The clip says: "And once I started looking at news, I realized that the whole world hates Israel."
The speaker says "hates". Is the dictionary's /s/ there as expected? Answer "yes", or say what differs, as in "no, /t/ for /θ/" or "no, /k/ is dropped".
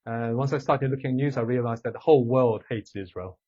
yes